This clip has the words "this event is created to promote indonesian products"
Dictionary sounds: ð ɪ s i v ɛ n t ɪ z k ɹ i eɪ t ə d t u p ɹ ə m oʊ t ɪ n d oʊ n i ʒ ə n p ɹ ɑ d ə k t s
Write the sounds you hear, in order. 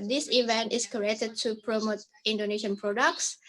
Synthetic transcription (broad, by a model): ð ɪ s i v ɛ n t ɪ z k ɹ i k t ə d t u p ɹ ə m oʊ t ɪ n d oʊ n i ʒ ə n p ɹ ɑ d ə k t s